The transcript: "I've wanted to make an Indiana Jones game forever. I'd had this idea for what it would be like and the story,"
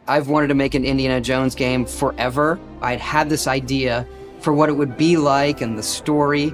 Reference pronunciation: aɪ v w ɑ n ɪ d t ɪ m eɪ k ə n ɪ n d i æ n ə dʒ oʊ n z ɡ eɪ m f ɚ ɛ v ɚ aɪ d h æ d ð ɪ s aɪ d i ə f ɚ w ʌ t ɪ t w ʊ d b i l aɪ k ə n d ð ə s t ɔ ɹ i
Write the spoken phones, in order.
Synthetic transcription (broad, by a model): aɪ v w ɑ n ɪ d t ɪ m eɪ k ə n ɪ n d i æ n ə dʒ oʊ n z ɡ eɪ m f ɚ ɛ v ɚ aɪ d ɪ d ð ɪ s aɪ d i ə f ɚ w ʌ t ɪ t w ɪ d b i l aɪ k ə n ð ə s t ɔ ɹ i